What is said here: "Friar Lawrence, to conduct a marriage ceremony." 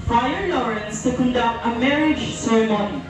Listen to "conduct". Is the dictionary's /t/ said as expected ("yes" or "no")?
yes